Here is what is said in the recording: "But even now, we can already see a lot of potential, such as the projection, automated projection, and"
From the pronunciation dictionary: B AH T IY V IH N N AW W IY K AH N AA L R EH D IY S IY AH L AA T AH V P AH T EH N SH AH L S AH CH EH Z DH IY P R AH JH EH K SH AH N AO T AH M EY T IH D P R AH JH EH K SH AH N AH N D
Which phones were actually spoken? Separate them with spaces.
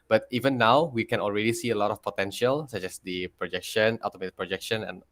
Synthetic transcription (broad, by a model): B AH T IY V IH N N AW W IY K AH N AA L R EH D IY S IY AH L AA T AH F P AH T EH N SH AH L S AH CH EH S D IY P R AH JH EH K SH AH N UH T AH M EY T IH P R AH JH EH K SH AH N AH N